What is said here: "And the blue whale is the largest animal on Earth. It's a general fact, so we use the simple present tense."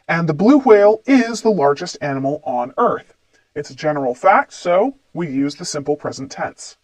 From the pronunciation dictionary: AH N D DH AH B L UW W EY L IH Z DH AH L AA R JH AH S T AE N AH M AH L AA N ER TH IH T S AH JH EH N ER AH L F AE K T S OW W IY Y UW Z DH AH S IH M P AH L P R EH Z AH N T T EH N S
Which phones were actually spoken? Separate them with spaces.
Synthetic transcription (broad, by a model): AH N DH AH B L UW W EY L IH Z DH AH L AA R JH AH S T AE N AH M L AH N ER TH IH T S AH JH EH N ER L F AE K T S OW W IY Y UW Z DH AH S IH M P L P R EH Z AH N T T EH N S